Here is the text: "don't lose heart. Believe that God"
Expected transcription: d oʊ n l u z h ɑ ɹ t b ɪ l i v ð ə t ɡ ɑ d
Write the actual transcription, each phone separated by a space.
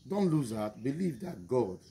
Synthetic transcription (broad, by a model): d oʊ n l u z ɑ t b ɪ l i v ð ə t ɡ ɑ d